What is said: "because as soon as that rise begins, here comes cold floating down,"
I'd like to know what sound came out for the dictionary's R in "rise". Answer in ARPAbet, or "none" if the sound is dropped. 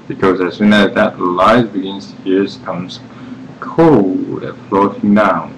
L